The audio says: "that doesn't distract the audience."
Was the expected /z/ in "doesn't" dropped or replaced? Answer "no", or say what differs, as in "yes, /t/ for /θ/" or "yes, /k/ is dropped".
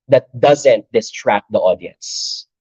no